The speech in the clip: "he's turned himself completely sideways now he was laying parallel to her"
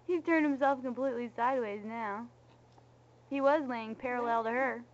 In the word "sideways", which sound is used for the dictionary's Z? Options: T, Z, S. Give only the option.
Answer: Z